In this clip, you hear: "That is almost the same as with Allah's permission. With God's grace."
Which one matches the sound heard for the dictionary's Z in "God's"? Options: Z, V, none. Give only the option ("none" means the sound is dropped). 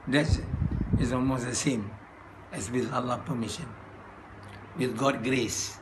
none